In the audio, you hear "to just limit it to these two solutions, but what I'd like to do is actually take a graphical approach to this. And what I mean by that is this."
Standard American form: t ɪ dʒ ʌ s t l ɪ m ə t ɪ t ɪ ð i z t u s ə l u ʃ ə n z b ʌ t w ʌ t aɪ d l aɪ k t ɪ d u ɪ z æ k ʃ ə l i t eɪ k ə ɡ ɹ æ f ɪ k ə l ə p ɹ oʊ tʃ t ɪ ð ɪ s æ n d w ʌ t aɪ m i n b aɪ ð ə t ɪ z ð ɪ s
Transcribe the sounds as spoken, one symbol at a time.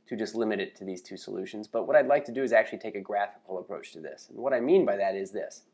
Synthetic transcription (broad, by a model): t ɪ dʒ ʌ s t l ɪ m ə t ɪ t ɪ ð i z t u s ə l u ʃ ə n z b ʌ t w ʌ t aɪ d l aɪ k t ɪ d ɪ ɪ z æ k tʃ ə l i t eɪ k ə ɡ ɹ æ f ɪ k l ə p ɹ oʊ tʃ t ɪ ð ɪ s n w ʌ t aɪ m i n b aɪ ð ə t ɪ z ð ɪ s